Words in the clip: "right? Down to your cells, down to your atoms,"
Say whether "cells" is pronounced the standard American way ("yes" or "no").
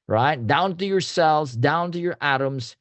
yes